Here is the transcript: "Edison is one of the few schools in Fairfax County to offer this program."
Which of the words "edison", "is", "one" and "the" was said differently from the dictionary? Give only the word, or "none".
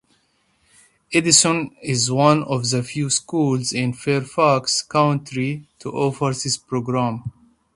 none